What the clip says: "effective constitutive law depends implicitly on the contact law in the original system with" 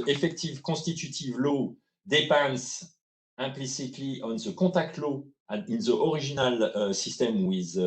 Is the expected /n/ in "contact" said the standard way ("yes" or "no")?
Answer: no